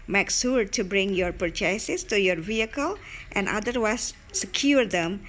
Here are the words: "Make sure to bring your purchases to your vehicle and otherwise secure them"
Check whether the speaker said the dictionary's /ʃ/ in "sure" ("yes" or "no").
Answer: no